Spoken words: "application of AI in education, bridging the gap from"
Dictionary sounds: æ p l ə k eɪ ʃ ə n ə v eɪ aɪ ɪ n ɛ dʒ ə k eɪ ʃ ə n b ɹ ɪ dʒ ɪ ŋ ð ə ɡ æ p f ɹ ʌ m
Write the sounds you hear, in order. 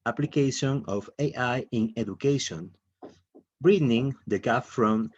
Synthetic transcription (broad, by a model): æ p l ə k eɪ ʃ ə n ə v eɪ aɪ ɪ n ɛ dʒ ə k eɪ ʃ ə n b ɹ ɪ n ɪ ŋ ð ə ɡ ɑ f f ɹ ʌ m